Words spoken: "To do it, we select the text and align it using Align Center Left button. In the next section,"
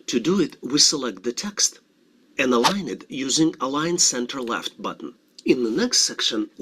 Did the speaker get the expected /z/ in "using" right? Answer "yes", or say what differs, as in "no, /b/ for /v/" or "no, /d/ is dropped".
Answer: yes